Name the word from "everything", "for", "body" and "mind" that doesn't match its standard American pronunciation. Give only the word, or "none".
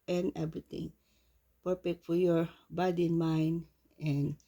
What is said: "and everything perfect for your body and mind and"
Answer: everything